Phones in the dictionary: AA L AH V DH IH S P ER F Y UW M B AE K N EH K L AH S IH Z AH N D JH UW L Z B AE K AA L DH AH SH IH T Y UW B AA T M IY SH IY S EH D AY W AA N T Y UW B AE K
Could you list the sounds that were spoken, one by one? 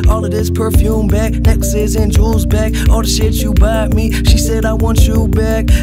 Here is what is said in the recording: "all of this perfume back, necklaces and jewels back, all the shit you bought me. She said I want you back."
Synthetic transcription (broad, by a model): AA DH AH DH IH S P ER F Y UW M B AE K N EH K S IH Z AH N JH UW Z B AE K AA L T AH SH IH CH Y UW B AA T M IY SH IY S EH D AY W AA N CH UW B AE K